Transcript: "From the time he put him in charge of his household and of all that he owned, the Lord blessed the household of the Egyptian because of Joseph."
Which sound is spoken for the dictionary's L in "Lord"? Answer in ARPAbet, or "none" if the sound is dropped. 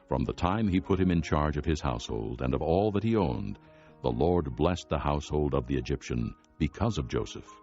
L